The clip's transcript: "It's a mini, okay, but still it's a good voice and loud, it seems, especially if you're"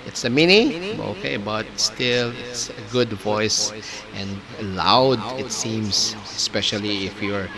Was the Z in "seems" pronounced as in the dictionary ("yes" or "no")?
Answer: no